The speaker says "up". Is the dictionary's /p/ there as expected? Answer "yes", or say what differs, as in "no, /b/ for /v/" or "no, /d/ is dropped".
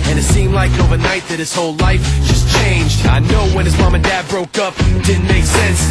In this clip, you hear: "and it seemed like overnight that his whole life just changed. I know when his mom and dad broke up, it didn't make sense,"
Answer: yes